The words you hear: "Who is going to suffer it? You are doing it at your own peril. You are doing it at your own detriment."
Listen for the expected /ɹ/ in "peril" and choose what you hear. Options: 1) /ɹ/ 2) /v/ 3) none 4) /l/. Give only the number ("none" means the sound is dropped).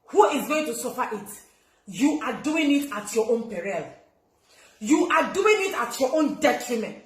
1